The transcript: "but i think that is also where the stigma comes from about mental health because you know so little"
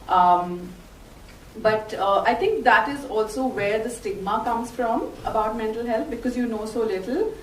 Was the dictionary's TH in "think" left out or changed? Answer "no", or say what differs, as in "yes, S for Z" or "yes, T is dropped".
yes, T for TH